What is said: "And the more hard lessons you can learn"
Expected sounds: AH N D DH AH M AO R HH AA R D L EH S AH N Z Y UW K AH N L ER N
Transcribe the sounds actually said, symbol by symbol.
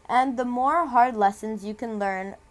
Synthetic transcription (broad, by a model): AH N DH AH M AO R HH AA R D L EH S AH N Z Y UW K AH N L ER N